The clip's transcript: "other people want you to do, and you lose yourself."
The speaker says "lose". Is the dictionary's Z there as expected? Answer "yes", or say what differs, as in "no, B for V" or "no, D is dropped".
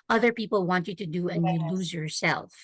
yes